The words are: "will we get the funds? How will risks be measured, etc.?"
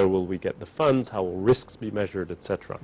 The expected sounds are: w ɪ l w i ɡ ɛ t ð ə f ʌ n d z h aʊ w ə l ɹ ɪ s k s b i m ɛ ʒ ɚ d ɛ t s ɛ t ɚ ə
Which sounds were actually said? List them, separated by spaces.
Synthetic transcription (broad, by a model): w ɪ l w i ɡ ɛ t ð ə f ʌ n d z h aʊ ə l ɹ ɪ s k s b i m ɛ ʒ ɚ d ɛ t s ɛ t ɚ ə